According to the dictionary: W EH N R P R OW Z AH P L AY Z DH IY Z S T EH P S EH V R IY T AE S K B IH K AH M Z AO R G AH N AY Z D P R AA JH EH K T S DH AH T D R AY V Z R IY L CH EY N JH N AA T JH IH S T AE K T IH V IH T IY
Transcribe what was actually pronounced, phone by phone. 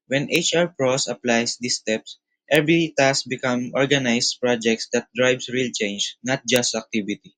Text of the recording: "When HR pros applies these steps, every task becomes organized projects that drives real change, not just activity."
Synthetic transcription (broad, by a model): W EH N R P R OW S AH P L AY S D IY S T EH P S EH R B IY T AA S B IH K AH M AO R G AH N AY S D P R AA JH EH K T S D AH T D R AY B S R IY L CH EY N JH N AA T JH IH S T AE K T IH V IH T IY